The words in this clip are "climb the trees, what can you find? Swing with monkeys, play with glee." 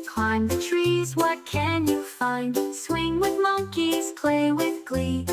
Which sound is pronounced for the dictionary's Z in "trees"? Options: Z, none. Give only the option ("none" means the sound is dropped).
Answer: Z